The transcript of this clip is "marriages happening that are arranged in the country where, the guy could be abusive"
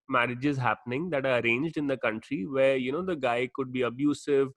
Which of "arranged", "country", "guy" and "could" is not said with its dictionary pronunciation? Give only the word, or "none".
none